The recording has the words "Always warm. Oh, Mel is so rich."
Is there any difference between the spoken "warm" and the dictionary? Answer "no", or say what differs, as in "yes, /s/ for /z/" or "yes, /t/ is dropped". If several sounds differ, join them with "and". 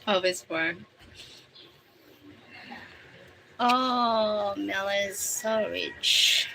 yes, /m/ is dropped